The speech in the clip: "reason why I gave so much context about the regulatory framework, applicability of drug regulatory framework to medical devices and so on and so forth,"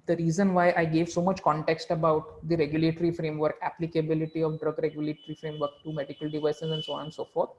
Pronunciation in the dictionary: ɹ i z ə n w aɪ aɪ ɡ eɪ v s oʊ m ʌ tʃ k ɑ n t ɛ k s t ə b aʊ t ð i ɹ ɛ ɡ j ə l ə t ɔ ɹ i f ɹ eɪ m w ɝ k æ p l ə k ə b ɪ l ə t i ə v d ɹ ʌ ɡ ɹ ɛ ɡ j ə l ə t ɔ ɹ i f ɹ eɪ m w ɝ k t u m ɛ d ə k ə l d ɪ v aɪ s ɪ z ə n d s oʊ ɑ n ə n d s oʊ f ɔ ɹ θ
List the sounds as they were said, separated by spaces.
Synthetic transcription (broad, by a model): ɹ i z ə n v aɪ aɪ ɡ eɪ v s oʊ m ʌ tʃ k ɑ n t ɛ k s t ə b aʊ t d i ɹ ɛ ɡ j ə l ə t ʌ ɹ i f ɹ eɪ m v ɝ k æ p l ə k ə b ɪ l ə t i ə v d ɹ ʌ ɡ ɹ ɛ ɡ j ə l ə t ɹ i f ɹ eɪ m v ɝ k t u m ɛ d ə k ə l d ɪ v aɪ s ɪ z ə n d s oʊ ɑ n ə n s oʊ f ɔ ɹ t